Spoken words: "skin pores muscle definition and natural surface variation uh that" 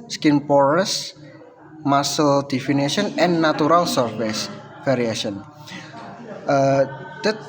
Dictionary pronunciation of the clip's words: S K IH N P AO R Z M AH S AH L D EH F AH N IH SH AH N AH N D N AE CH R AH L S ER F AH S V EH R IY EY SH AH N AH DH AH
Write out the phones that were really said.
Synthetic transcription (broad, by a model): S K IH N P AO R S M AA S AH L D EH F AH N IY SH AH N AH N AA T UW R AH L S ER F AH S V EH R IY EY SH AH N AH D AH